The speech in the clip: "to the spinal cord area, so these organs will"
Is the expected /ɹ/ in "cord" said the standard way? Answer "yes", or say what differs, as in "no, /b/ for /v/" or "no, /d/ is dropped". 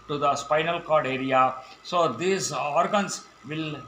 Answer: yes